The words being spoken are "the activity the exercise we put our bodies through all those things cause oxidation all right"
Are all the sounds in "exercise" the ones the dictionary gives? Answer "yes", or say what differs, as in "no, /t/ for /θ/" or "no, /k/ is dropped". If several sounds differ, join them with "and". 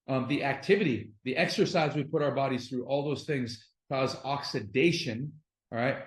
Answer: yes